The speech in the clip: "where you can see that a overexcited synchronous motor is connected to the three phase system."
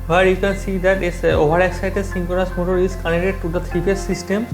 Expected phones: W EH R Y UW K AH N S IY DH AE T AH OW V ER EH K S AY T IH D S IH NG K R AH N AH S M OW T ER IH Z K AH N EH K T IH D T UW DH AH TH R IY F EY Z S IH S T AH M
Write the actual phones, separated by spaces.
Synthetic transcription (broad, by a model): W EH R Y UW K AH N S IY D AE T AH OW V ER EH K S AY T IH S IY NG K AH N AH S M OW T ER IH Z K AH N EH T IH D T UW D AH T R IY P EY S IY S T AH M